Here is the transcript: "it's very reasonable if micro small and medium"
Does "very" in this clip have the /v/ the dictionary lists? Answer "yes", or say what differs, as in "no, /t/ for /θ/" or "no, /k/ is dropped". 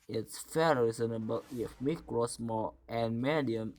no, /f/ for /v/